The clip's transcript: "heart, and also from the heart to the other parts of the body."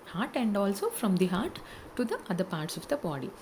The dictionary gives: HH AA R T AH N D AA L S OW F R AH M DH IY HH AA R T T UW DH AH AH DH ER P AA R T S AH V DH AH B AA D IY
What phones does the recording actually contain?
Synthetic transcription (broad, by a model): HH AA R T AH N D AA L S OW F R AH M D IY HH AA R T T UW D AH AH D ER P AA R T S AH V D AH B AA D IY